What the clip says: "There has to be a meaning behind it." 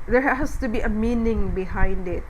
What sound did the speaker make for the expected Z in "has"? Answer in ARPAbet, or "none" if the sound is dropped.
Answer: S